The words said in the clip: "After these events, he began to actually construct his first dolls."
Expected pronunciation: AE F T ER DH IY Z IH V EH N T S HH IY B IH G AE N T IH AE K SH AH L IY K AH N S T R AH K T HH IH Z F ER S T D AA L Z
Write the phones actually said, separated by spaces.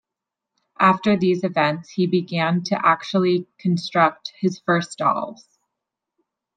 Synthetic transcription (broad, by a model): AE F T ER DH IY Z IH V EH N T S HH IY B IH G AE N T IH AE K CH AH L IY K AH N S T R AH K T HH IH Z F ER S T D AA L Z